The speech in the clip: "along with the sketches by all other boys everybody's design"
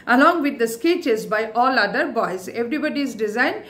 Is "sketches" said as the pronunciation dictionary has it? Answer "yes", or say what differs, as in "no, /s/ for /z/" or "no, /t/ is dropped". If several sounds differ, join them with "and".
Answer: yes